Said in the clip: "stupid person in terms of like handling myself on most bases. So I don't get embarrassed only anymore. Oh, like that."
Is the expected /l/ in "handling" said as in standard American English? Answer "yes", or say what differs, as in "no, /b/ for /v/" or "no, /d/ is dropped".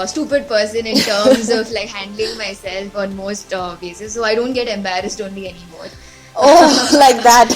yes